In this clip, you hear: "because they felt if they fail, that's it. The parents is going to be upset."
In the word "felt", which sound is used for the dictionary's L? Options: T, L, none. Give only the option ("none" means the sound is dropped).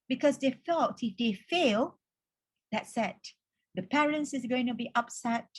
none